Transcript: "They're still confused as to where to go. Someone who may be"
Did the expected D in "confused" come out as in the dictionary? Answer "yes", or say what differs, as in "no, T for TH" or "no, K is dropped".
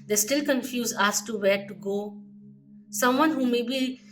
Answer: no, D is dropped